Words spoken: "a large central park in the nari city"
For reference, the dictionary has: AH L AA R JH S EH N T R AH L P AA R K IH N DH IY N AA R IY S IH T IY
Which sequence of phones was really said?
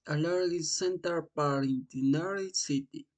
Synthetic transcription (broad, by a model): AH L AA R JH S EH N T AH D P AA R IH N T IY N AA R IY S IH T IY